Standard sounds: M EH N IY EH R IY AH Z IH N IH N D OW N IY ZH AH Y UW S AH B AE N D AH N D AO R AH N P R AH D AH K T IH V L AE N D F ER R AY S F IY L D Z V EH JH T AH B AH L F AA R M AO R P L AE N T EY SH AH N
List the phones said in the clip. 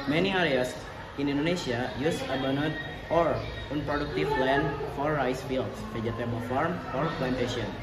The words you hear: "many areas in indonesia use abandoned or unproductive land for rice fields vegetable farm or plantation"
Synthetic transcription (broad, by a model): M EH N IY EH R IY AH S IH N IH N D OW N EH SH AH Y UW S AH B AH N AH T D AO R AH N P R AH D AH K T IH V L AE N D F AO R AY S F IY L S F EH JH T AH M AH F AA R M AO R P L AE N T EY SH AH N